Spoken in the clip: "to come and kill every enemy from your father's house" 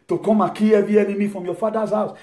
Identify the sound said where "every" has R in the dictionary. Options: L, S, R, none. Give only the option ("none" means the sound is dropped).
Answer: none